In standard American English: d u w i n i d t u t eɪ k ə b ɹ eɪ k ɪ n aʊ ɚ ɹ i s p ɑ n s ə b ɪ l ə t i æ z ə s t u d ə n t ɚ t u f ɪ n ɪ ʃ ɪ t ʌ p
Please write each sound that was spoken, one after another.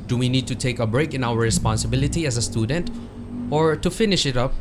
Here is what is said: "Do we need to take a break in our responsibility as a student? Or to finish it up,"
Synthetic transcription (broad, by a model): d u w i n i d t u t eɪ k ə b ɹ eɪ k ɪ n aʊ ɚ ɹ i s p ɑ n s ə b ɪ l ə t i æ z ə s t u d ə n t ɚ t u f ɪ n ɪ ʃ ɪ t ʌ p